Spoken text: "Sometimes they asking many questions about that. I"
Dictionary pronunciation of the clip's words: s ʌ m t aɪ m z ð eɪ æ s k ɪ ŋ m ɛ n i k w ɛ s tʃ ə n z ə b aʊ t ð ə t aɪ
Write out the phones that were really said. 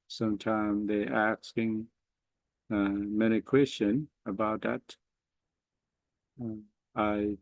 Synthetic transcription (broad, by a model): s ʌ m t aɪ m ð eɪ æ s k ɪ ŋ m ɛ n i k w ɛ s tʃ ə n ə b aʊ t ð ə t aɪ